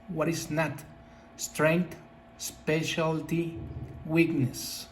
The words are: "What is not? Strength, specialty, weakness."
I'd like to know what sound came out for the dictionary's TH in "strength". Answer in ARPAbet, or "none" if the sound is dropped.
T